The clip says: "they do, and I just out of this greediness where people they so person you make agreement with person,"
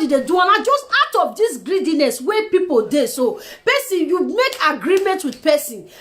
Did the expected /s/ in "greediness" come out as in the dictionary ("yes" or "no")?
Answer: yes